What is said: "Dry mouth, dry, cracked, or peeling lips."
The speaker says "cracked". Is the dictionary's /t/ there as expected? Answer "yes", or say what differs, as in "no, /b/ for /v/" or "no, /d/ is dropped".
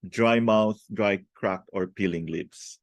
no, /t/ is dropped